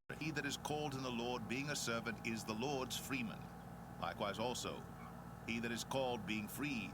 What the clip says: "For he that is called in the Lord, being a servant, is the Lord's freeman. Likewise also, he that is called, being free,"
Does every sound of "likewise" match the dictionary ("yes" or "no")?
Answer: yes